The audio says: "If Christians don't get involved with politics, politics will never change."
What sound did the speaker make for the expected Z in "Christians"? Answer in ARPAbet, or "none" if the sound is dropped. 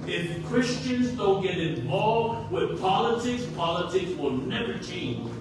Z